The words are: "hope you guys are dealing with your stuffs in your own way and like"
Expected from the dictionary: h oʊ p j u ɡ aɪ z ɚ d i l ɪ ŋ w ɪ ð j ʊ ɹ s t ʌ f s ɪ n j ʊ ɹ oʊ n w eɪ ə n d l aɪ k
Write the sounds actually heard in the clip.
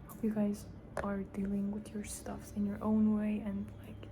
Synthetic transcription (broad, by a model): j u ɡ aɪ z ɚ d i l ɪ ŋ w ɪ ð j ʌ ɹ s t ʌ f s ɪ n j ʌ ɹ oʊ n w eɪ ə n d l aɪ k